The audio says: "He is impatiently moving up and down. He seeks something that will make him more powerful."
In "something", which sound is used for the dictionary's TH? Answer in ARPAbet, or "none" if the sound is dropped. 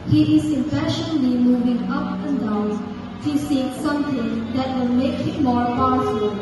T